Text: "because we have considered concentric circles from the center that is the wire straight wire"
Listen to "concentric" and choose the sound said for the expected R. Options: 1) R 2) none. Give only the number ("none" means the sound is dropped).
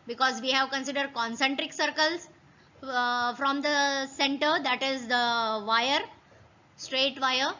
1